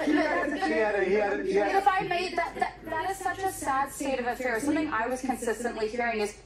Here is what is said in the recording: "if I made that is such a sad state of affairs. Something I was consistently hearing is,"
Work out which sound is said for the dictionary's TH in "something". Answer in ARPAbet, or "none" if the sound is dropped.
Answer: TH